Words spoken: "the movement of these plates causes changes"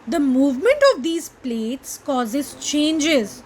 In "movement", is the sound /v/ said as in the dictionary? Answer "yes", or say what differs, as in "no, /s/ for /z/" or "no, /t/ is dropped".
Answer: yes